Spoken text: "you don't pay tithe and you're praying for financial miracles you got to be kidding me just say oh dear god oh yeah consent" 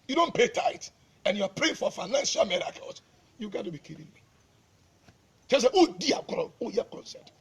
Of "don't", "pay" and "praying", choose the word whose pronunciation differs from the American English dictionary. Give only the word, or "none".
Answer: none